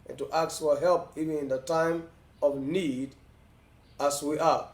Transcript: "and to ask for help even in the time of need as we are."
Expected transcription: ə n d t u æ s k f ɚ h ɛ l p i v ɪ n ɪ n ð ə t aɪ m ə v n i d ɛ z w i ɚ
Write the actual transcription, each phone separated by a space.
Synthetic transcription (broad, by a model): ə n t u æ k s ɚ h ɛ l p i v ɪ n ɪ n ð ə t aɪ m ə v n i d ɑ s w i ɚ